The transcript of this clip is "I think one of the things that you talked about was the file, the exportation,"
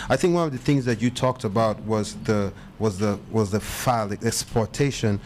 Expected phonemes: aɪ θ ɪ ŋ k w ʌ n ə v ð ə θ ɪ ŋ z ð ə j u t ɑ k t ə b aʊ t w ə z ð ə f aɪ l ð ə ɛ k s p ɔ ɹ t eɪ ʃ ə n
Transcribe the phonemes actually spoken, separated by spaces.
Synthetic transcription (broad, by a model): aɪ θ ɪ ŋ k w ʌ n ə v ð ə θ ɪ ŋ z ð ə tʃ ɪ t ɑ k t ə b aʊ t w ə z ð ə f aɪ l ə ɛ k s p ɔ ɹ t eɪ ʃ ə n